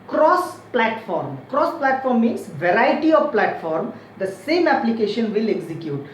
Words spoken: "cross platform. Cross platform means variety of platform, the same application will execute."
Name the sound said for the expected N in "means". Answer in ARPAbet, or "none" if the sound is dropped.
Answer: none